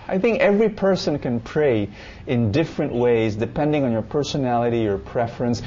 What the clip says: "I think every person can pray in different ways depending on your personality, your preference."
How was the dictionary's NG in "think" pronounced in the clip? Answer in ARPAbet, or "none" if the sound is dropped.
NG